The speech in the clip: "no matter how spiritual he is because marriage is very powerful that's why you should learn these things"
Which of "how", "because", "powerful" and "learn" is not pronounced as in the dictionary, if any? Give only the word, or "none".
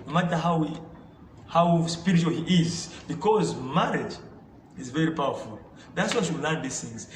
none